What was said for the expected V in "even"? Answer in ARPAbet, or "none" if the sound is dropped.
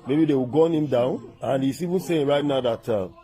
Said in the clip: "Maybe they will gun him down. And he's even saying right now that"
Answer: V